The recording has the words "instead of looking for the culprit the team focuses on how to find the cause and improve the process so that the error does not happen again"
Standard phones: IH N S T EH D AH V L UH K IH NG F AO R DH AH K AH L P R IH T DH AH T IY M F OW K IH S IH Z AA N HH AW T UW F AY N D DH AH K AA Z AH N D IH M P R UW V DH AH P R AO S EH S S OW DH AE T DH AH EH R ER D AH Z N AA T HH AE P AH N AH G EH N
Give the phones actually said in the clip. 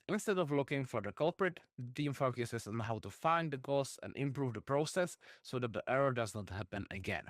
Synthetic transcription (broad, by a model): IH N S T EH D AH V L UH K IH NG F AO R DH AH K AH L P R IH T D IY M F OW K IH S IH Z AA N HH AW T UW F AY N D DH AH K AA S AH N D IH M P R UW V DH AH P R AO S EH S S OW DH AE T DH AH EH R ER D AH Z N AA T HH AE P AH N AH G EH N